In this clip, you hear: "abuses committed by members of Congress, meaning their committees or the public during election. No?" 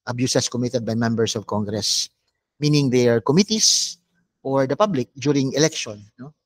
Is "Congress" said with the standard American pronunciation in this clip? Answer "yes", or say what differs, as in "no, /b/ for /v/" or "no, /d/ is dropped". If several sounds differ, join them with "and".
yes